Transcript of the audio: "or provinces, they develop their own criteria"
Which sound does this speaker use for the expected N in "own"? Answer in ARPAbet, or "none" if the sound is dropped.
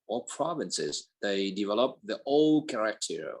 L